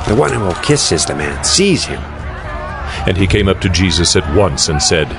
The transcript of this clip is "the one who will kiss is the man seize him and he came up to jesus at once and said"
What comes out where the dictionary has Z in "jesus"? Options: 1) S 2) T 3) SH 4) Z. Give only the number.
4